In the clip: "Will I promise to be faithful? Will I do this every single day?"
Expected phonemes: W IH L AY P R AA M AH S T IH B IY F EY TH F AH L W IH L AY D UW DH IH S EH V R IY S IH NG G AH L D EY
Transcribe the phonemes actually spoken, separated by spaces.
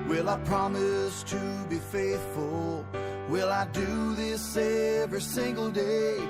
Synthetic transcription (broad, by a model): W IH L AY P R AA M AH S T IH B IY F EY TH F AH L W IH L AY D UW DH IH S EH V R IY S IH NG G L D EY